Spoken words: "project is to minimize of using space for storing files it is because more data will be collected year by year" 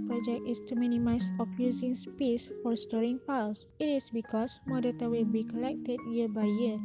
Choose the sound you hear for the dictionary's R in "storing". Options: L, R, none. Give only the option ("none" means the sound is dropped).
R